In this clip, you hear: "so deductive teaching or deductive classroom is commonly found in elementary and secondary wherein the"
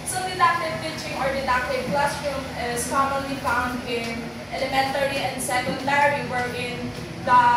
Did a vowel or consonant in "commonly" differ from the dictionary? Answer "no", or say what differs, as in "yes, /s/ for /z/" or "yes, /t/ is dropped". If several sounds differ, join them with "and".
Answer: no